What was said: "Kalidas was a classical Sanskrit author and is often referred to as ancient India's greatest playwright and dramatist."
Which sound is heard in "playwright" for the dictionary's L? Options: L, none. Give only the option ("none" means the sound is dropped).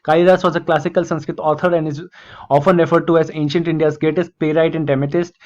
none